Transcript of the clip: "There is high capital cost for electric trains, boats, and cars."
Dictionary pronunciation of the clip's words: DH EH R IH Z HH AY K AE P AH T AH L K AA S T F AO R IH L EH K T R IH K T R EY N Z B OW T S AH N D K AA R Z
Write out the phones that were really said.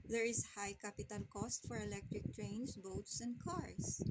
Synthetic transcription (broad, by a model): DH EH R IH S HH AY K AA P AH T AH L K AA S T F AO R IH L EH K T R IH K T R EY N S B OW T S AH N D K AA R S